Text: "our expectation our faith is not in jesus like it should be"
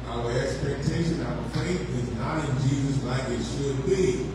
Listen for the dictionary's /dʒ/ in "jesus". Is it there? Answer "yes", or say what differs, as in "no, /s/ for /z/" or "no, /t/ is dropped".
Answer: yes